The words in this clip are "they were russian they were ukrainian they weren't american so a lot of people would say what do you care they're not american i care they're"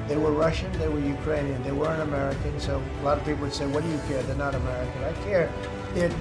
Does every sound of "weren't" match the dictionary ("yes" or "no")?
no